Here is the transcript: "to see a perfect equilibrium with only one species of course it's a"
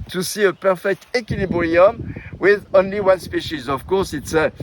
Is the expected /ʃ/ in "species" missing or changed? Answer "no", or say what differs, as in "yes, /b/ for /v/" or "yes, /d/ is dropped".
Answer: no